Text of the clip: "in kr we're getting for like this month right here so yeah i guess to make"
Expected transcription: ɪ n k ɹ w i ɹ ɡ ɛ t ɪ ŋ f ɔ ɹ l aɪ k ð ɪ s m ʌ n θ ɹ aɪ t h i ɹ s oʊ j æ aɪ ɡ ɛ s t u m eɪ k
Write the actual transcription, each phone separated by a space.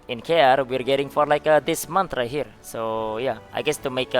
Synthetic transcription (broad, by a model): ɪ n k ɹ w i ɹ ɡ ɛ t ɪ ŋ f ɔ ɹ l aɪ k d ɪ s m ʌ n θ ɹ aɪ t h i ɹ s oʊ j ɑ aɪ ɡ ɛ s t u m eɪ k